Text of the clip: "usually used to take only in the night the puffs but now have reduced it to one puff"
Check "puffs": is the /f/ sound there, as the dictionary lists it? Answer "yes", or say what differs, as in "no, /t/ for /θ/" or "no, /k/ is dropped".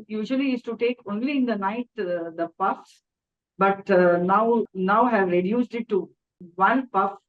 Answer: yes